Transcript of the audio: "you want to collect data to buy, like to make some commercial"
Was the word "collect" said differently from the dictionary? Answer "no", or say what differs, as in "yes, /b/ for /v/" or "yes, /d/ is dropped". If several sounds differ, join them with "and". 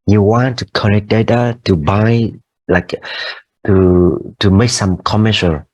yes, /n/ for /l/